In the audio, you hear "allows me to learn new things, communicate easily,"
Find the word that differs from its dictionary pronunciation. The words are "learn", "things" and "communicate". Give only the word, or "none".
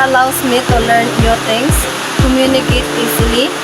things